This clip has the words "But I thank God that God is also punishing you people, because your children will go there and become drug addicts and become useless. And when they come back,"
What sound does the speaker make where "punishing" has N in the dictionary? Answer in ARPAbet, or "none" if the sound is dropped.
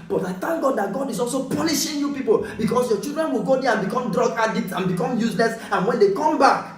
L